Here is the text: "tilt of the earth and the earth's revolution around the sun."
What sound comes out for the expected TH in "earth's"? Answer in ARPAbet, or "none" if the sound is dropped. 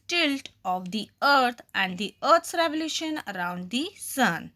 T